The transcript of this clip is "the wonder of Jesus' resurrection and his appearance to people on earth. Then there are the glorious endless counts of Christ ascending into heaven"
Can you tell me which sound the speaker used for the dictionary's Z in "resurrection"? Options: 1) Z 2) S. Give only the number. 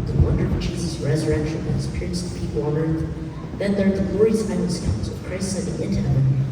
1